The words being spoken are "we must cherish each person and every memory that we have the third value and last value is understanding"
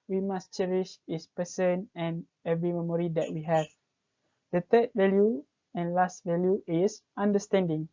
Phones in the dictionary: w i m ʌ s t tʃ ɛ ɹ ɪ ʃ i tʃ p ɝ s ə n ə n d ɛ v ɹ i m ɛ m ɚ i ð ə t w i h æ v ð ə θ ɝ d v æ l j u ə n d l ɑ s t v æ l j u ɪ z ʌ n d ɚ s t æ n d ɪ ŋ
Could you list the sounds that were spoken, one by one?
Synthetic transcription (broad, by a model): w i m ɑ s tʃ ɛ ɹ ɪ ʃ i s p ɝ s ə n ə n ɛ v ɹ i m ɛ m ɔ i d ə t w i h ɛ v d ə t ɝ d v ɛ l j u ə n l ɑ s t v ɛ l j u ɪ s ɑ n d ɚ s t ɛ n d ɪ ŋ